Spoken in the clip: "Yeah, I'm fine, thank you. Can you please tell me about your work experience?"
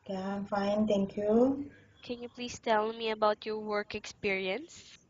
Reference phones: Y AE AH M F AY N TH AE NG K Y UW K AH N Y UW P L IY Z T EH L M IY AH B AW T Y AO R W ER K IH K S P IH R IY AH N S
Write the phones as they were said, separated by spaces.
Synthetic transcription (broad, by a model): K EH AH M F AY N T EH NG K Y UW K AH N Y UW P L IY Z T EH L M IY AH B AW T Y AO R W ER K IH K S P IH R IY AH N S